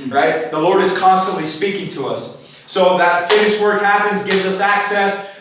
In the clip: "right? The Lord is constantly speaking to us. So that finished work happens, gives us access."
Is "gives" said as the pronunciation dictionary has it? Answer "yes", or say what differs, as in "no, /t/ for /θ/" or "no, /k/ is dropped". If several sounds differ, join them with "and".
yes